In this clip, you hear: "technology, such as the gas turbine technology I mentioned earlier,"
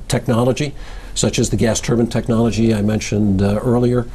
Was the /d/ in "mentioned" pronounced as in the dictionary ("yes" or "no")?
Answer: yes